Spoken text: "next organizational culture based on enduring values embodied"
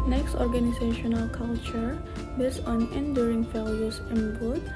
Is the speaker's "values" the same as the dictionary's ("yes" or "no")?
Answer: no